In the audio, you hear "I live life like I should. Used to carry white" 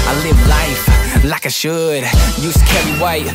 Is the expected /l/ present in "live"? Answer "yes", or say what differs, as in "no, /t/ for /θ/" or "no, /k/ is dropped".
yes